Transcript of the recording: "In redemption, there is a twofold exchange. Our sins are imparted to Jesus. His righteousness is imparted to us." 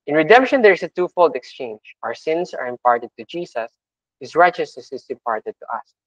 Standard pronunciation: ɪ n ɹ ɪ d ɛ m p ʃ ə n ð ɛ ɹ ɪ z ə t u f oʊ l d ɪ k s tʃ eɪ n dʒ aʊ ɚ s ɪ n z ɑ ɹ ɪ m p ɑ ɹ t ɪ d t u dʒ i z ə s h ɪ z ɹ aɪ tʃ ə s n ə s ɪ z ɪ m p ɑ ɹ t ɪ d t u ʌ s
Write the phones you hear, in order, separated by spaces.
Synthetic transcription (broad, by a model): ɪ n ɹ ɪ d ɛ m p ʃ ə n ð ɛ ɹ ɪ s ə t u f oʊ l d ɪ k s tʃ eɪ n dʒ aʊ ɚ s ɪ n s ɑ ɹ ɪ m p ɑ ɹ t ɪ d t u dʒ i s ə s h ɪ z ɹ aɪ tʃ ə s ə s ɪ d ɪ m p ɑ ɹ t ɪ d t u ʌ s